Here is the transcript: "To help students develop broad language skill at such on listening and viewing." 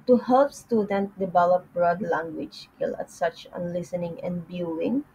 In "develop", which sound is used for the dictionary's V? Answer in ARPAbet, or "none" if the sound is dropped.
B